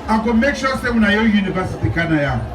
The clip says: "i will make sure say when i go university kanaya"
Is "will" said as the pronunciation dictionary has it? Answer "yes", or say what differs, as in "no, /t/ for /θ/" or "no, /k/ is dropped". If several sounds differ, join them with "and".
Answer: no, /n/ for /l/